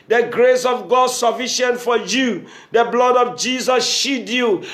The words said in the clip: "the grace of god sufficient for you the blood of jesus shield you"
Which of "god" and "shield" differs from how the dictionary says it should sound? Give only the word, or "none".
shield